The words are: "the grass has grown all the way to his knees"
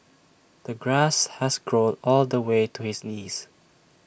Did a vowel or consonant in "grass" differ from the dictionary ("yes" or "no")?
no